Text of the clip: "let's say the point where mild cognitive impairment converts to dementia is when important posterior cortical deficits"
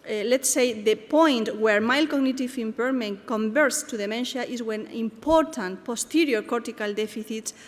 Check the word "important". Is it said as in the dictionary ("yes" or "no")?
yes